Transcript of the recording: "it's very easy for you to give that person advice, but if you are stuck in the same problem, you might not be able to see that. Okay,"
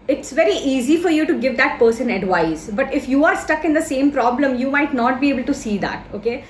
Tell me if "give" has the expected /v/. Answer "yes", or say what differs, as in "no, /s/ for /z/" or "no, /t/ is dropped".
yes